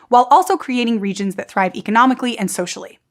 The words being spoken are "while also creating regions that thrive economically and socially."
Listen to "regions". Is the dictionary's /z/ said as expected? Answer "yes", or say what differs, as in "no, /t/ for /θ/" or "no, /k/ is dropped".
yes